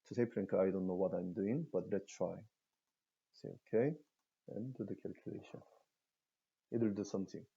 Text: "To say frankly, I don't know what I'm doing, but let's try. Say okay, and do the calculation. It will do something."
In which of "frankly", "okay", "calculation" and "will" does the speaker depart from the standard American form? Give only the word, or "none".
frankly